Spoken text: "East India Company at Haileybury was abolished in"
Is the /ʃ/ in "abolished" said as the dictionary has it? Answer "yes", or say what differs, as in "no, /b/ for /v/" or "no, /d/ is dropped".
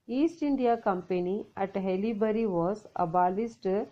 no, /s/ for /ʃ/